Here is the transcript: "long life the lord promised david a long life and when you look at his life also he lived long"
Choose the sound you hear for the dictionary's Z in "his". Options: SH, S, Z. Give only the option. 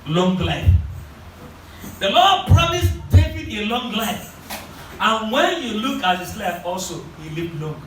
S